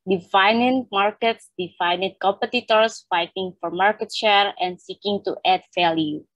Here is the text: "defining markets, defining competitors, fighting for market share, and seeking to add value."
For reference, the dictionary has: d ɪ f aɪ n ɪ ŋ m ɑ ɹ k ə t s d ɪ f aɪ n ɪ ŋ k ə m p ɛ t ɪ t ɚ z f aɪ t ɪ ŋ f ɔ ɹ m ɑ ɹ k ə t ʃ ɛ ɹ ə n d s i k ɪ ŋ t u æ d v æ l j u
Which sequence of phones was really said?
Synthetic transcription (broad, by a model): d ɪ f aɪ n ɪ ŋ m ɑ ɹ k ə t s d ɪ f aɪ n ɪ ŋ k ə m p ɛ t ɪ t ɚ s f aɪ t ɪ ŋ f ɔ ɹ m ɑ ɹ k ə t ʃ ɛ ɹ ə n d s i k ɪ ŋ t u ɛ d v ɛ l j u